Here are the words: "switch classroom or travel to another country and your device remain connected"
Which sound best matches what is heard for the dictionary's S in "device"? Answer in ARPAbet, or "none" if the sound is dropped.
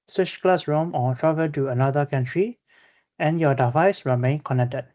S